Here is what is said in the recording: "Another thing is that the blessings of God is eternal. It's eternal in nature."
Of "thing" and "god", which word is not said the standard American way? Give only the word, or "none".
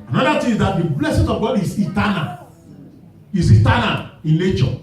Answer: thing